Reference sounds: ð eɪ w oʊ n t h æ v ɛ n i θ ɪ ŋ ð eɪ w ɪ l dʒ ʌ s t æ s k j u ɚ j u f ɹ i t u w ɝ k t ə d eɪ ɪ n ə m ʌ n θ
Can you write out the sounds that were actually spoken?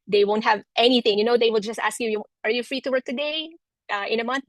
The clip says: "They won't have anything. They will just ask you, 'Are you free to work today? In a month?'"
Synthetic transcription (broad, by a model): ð eɪ w oʊ n t h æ v ɛ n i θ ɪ ŋ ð eɪ w ɪ l dʒ ʌ s t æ s k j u ɚ j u f ɹ i t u w ɝ k t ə d eɪ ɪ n ə m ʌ n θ